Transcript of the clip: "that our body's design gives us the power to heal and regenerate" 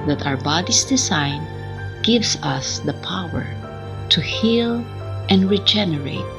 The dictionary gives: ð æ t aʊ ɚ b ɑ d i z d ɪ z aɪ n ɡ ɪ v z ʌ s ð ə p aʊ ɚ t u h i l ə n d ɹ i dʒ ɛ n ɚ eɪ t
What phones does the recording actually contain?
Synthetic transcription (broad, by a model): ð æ t aʊ ɚ b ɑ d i s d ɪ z aɪ n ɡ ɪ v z ʌ s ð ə p aʊ ɚ t u h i l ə n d ɹ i dʒ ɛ n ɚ eɪ t